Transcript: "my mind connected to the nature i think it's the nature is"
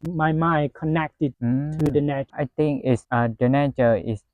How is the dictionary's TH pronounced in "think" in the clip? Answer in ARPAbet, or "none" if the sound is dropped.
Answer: T